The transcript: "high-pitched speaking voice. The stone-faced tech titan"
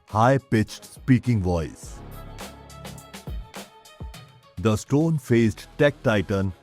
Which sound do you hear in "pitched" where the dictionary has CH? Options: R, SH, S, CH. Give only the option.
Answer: CH